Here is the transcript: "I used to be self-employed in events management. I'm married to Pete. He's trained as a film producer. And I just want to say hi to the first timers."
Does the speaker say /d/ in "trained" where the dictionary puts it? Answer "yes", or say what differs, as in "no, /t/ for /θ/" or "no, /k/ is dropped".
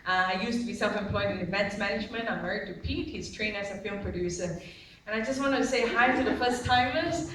no, /d/ is dropped